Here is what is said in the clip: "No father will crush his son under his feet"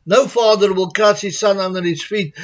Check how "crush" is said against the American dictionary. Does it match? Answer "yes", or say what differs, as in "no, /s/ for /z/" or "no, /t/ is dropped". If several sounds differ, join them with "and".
no, /s/ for /ʃ/